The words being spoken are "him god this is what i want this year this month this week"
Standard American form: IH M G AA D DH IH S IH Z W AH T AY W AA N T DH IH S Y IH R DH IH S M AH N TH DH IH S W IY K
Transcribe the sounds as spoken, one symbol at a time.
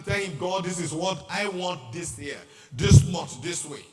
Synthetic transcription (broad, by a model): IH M G AA D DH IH S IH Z W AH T AY W AA N T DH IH S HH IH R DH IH S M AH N T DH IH S W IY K